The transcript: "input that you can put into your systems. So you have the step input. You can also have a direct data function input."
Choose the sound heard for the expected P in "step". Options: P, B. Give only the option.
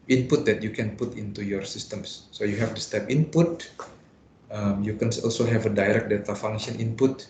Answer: P